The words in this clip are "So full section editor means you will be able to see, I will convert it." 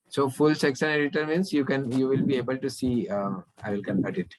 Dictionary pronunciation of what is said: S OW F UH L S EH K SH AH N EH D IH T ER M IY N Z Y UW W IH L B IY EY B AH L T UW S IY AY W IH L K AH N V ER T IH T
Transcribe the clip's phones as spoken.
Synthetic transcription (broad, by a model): S OW F UH L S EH K S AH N EH D IH T ER M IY N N Y UW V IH L B IY EY B AH L T UW S IY AY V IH L K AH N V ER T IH T